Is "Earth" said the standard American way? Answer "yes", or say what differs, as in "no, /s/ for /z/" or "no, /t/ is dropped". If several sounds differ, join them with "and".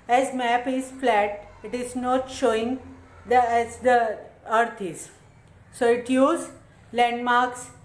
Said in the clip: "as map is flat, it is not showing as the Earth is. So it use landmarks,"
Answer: no, /t/ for /θ/